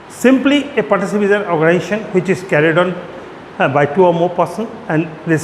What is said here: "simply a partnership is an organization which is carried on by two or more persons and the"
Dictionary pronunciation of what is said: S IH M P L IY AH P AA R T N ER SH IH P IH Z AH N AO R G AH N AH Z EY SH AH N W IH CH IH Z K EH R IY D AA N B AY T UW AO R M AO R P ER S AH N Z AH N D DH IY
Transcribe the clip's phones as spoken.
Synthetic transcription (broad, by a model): S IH M P L IY AH P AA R T ER S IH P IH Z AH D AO R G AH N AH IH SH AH N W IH CH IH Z K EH R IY D AA N B AY T UW AO R M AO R P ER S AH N AH N D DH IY